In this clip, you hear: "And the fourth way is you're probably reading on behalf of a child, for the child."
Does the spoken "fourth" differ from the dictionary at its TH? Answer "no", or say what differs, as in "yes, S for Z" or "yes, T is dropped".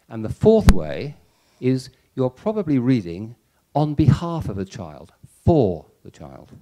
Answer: no